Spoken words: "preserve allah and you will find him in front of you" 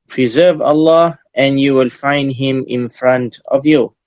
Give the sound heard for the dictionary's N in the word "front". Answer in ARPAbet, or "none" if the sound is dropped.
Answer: N